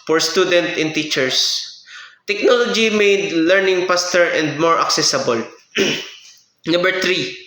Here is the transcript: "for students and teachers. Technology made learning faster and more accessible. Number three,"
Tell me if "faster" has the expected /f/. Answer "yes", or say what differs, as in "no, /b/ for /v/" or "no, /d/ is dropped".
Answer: no, /p/ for /f/